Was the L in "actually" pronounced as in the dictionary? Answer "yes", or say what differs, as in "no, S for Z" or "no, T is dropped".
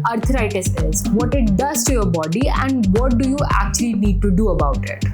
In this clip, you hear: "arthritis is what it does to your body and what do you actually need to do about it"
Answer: yes